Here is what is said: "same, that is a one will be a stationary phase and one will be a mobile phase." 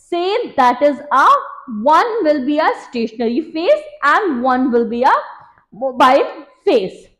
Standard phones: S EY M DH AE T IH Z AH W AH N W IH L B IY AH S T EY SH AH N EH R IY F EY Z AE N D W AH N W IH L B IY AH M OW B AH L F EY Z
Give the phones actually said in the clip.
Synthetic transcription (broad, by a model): S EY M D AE T IH Z AH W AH N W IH L B IY AH S T EY SH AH N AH R IY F EY S AE N D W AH N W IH L B IY AH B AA AH N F EY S